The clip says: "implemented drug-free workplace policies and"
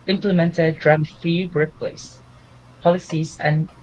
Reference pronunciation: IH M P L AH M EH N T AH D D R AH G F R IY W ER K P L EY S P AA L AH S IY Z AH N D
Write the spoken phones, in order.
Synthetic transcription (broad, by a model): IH M P L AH M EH N T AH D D R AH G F IY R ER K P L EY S P AA L AH S IY Z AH N